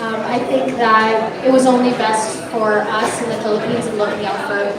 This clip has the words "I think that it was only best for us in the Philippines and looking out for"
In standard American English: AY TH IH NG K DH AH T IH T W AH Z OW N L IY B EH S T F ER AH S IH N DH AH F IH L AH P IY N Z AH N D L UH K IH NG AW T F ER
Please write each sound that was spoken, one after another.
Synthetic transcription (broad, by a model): AY TH IH NG K DH AH T IH T W AH Z OW N L IY B EH S T F ER AH S IH N DH AH F IH L AH P IY N Z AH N L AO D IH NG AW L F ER